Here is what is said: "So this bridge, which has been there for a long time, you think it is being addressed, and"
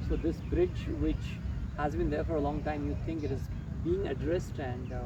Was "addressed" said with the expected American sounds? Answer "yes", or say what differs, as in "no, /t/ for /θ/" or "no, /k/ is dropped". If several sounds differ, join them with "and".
yes